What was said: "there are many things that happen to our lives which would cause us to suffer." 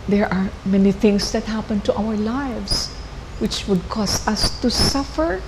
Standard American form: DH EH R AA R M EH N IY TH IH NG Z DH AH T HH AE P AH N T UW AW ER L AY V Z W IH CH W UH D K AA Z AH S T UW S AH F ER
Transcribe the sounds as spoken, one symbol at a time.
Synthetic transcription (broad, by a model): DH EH R AA R M EH N IY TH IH NG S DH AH T HH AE P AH N T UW AW ER L AY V S W IH CH W UH D K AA S AH S T UW S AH F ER